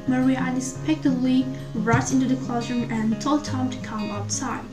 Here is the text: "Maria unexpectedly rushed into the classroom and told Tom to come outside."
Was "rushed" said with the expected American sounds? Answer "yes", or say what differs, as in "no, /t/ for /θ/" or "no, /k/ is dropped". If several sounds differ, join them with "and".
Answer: no, /ʃ/ is dropped